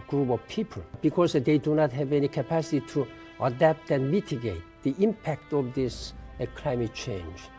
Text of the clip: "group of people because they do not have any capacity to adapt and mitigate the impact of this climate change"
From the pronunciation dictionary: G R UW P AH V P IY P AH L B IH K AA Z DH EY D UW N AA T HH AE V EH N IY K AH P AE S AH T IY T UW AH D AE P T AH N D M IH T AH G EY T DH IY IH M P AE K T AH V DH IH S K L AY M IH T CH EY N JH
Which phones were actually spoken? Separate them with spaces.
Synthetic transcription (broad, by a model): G R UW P AH V P IY P AH L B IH K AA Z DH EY D UW N AA T HH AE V EH N IY K AH P AE S AH T IY T UW AH D AE P T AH N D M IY T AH G EY T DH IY IH M P AE K T AH V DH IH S K L AY M IH T CH EY N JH